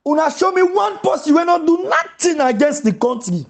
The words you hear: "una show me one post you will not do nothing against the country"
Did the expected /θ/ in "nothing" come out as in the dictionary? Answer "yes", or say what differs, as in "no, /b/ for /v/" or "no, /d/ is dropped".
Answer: no, /t/ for /θ/